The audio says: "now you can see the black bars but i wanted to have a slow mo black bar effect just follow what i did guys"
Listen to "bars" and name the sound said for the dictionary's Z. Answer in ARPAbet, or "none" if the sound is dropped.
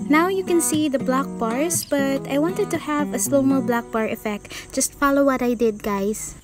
S